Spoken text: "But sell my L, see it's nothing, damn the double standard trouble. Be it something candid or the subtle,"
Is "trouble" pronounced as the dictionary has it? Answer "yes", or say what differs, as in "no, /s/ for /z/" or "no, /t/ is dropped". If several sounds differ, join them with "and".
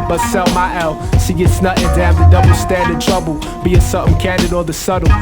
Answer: yes